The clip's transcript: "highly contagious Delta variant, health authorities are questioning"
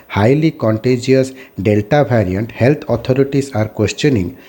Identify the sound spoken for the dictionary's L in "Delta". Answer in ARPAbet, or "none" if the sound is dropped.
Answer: L